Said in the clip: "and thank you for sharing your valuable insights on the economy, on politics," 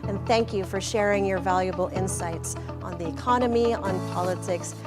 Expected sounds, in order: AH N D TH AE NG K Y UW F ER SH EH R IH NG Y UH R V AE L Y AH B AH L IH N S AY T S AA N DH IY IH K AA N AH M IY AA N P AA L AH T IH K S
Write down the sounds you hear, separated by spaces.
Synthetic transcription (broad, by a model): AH N TH AE NG K Y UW F ER SH EH R IH NG Y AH R V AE L Y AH B L IH N S AY T S N DH IY IH K AA N AH M IY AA N P AA L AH T IH K S